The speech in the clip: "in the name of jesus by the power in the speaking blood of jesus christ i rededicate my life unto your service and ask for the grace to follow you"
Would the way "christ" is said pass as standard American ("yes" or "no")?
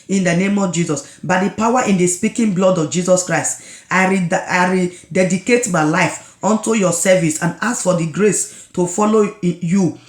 yes